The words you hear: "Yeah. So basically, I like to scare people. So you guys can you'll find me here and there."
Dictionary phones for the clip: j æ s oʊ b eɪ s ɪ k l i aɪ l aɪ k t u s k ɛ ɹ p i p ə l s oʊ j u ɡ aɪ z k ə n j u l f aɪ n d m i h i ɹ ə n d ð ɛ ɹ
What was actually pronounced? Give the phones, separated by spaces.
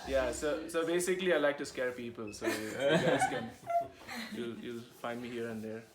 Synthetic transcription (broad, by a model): j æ s oʊ b eɪ s ɪ k l i aɪ l aɪ k t u s k ɛ ɹ p i p ə l s oʊ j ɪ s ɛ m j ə l j u l f aɪ n d m i h i ɹ ə n d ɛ ɹ